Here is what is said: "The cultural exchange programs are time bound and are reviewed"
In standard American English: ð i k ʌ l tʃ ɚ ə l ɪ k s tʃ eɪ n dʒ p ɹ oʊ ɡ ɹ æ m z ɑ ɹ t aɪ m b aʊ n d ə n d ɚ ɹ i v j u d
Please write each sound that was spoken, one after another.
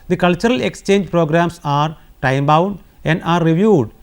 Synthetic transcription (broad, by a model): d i k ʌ l tʃ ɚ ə l ɪ k s tʃ eɪ n dʒ p ɹ oʊ ɡ ɹ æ m s ɑ ɹ t aɪ m b aʊ n d ə n d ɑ ɹ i v j u d